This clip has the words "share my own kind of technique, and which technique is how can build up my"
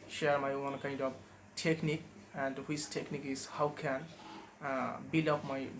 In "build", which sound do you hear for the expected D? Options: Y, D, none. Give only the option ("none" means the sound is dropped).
none